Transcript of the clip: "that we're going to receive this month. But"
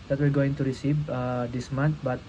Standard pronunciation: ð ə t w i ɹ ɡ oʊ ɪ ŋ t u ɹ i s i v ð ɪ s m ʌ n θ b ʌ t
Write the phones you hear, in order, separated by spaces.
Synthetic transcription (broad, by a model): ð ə t w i l ɡ oʊ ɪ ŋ t u ɹ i s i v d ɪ s m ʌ n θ b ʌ t